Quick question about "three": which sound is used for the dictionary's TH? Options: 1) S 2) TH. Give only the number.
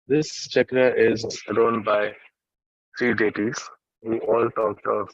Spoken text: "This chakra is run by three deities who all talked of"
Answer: 1